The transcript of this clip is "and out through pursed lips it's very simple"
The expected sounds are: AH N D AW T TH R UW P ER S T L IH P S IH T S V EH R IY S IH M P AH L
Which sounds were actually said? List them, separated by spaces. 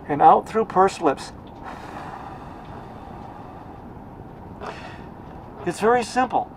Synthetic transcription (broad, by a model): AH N AW T TH R UW P ER S L IH P S IH T S V EH R IY S IH M P L